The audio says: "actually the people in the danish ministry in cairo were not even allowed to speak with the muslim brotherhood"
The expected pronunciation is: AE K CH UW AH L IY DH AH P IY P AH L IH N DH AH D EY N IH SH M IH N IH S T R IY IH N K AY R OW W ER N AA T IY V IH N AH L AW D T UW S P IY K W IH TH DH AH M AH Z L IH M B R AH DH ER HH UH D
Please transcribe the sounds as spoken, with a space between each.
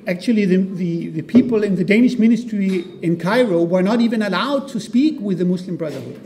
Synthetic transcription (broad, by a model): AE K CH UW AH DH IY DH AH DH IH P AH L IH N DH AH D EY N IH SH M IH N IH S T R IY IH N K AY R OW W ER N AA T IY V IH N AH L AW D T UW S P IY K W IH DH AH M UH S L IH M B R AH DH ER HH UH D